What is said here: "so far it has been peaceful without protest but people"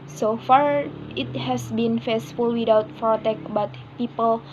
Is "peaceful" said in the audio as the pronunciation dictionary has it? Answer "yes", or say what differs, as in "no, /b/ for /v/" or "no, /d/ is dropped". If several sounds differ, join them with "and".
no, /f/ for /p/